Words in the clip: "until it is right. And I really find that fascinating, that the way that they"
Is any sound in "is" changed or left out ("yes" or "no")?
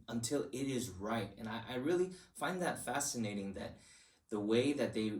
no